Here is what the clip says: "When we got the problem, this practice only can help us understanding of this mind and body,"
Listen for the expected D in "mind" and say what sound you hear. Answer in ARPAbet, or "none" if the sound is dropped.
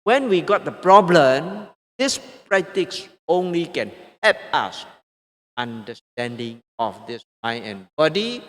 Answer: none